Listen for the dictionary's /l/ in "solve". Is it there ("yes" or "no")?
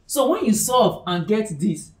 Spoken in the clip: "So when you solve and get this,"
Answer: no